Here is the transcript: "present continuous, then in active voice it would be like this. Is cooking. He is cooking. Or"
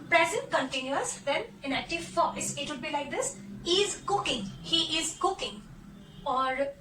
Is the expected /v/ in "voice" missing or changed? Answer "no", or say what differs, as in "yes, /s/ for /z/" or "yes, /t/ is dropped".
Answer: yes, /f/ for /v/